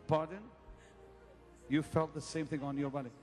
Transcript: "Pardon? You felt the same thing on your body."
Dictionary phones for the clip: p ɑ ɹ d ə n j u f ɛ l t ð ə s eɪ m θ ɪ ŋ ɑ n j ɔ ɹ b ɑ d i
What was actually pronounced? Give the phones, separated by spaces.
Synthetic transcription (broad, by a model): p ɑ ɹ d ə n j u f ɛ l t ð ə s eɪ m θ ɪ ŋ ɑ n j ɔ ɹ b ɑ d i